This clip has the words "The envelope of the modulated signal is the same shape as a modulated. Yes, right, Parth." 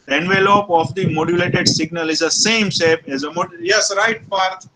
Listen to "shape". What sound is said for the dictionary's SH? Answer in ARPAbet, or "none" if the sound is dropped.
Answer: S